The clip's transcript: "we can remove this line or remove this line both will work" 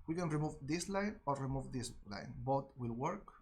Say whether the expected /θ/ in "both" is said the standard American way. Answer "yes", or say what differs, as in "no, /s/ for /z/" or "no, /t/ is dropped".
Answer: no, /t/ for /θ/